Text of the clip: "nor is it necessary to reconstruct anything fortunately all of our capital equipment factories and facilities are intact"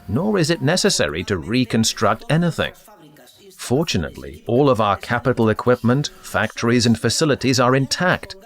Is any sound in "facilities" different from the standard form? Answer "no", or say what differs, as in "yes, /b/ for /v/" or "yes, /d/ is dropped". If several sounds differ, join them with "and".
no